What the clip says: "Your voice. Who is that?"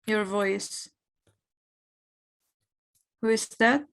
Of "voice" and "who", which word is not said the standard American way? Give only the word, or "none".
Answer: none